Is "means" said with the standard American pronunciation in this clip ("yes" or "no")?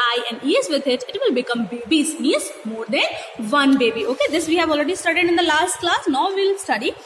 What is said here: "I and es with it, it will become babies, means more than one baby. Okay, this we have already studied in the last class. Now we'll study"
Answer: no